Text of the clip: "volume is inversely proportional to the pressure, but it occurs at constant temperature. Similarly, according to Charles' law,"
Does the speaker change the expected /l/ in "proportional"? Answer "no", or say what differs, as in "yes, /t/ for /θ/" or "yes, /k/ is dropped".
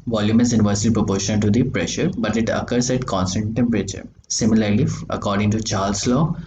yes, /n/ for /l/